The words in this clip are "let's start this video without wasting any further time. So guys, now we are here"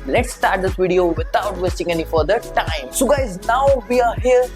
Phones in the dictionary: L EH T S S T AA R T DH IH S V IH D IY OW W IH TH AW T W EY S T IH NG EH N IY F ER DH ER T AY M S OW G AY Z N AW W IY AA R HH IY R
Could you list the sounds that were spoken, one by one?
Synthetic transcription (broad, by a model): L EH T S S T AA R T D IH S V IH D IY OW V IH T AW T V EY S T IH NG EH N IY F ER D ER T AY M S OW G AY Z N AW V IY AA R HH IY R